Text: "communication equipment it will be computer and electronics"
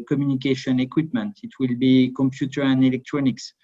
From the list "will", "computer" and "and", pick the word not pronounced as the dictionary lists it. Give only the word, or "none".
none